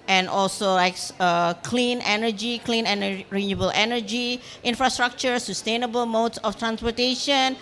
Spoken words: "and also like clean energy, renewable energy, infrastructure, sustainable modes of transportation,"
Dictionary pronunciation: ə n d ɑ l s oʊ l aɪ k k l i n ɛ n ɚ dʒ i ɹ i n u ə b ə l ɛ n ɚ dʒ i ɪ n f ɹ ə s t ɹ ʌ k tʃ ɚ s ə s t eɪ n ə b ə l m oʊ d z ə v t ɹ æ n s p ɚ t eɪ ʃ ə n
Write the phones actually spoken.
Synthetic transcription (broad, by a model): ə n ɑ l s oʊ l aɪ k k l i n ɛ n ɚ dʒ i l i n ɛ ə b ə l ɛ n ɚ dʒ i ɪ n f ɹ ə s t ɹ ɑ k tʃ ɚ s ə s t eɪ n ə b ə l m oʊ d s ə f t ɹ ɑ n s p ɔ t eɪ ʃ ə n